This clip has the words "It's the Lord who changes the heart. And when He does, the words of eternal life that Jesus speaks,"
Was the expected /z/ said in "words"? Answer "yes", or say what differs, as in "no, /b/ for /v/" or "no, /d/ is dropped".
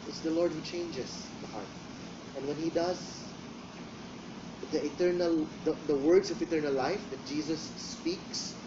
no, /s/ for /z/